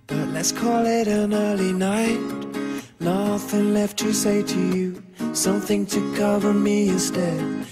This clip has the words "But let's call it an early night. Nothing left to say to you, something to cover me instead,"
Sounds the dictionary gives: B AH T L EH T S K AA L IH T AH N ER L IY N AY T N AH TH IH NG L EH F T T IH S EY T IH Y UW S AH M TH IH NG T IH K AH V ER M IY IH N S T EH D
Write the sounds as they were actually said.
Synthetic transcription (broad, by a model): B AH T L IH T S K AA L IH T AH N ER L IY N AY T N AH F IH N L EH F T T IH S EY T IH Y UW S AH M TH IH NG T IH K AH V ER M IY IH N S T EH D